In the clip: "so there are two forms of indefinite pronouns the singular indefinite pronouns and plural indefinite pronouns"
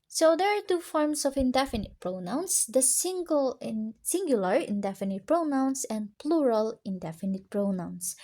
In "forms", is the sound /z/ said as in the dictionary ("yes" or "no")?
no